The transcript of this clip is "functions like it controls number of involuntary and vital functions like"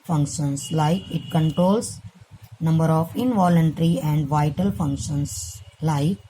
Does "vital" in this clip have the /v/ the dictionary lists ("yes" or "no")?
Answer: yes